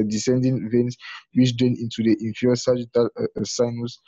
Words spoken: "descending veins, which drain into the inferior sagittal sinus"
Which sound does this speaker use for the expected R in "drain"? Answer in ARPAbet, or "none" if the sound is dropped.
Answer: none